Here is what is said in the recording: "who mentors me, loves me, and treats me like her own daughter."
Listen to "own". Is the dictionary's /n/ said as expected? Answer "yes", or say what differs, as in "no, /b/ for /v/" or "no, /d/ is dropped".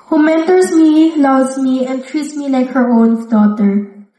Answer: yes